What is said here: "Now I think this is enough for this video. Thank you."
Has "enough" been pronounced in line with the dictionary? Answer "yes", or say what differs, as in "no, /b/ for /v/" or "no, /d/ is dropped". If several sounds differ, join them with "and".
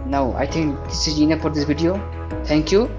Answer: no, /p/ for /f/